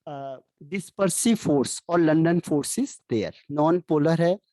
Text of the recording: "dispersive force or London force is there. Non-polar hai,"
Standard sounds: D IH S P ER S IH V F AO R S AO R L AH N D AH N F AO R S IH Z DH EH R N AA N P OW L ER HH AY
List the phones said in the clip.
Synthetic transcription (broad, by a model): D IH S P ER S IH F AO R S AO R L AH N D AH N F AO R S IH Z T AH R N AA N P OW L ER HH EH